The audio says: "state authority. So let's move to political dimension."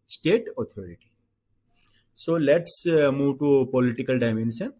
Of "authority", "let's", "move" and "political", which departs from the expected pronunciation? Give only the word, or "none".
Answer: authority